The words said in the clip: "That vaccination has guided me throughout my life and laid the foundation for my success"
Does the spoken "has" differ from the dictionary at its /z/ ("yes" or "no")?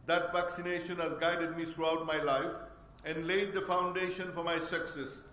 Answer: no